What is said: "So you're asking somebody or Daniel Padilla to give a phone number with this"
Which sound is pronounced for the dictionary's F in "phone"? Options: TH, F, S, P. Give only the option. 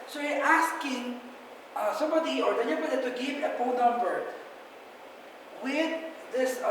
P